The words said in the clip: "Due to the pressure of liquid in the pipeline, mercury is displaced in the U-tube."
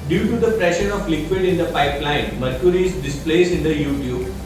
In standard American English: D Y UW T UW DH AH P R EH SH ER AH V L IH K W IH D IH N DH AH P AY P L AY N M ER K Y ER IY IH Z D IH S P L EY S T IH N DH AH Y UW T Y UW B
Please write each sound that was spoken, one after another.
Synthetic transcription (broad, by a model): D Y UW T UW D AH P R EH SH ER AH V L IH K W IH D IH N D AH P AY P L AY N M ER K Y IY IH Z D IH S P L EY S IH N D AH Y UW T Y UW B